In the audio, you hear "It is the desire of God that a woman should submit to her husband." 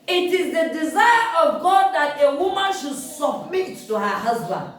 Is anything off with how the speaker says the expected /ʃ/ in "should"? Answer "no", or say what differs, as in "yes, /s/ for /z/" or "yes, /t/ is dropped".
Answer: no